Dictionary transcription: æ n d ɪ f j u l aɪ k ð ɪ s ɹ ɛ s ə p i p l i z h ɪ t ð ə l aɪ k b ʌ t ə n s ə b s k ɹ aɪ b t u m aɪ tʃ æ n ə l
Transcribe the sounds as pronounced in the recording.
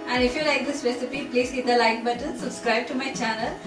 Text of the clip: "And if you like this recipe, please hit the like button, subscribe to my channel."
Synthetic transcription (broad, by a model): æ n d ɪ f j u l aɪ k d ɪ s ɹ ɛ s ə p i p l i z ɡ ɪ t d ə l aɪ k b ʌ t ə l s ə b s k ɹ aɪ b t u m aɪ tʃ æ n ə l